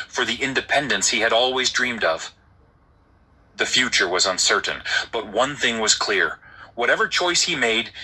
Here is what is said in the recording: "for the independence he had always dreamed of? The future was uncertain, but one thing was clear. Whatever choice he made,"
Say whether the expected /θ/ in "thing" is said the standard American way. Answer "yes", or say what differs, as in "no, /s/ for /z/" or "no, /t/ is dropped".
yes